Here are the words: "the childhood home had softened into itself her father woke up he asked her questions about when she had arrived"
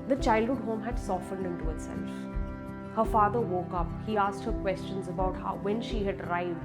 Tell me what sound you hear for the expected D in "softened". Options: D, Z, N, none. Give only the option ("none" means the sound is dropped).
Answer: D